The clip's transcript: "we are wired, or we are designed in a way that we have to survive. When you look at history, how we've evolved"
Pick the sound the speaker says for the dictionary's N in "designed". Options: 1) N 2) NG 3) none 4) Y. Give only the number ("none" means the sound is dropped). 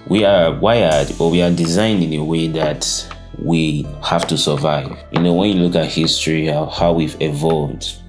1